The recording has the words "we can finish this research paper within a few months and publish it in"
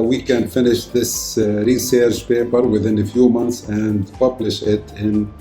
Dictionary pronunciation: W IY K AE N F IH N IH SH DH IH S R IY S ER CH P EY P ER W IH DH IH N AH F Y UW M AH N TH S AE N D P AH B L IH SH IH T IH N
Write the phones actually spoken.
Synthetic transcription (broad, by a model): W IY K AE N F IH N IH SH DH IH S R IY S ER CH P EY P ER W IH DH IH N AH F Y UW M AH N TH S AE N D P AH B L IH SH IH T IH N